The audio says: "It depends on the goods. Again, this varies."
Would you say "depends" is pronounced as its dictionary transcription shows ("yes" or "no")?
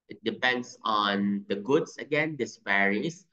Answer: no